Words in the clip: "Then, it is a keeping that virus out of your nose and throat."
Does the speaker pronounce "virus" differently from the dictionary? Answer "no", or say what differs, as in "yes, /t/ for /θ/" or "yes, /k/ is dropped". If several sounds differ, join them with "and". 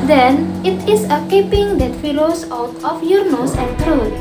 yes, /f/ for /v/ and /l/ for /ɹ/